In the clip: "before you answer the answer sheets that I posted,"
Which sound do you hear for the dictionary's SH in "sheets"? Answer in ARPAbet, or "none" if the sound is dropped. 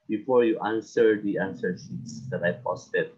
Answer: S